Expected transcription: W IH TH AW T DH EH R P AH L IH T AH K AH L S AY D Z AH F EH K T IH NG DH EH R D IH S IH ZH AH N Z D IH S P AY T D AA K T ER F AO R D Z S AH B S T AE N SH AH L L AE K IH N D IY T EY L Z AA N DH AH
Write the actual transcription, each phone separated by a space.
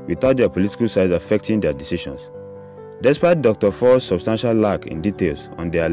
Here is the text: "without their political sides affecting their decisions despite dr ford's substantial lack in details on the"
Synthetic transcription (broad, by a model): W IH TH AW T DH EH P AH L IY T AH K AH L S AY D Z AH F EH K T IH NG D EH D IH S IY SH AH N S D IH S P AY T D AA K T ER F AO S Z S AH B S T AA N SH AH L L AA K IH N D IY T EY L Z AA N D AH